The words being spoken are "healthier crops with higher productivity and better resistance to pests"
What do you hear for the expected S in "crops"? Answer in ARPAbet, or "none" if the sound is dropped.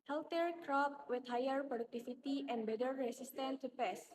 none